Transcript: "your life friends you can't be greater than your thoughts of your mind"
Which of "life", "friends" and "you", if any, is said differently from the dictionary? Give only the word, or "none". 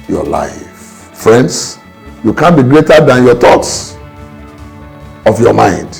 friends